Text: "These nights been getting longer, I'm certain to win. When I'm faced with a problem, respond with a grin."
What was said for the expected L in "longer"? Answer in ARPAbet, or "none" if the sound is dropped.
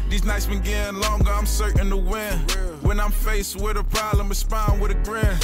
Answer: L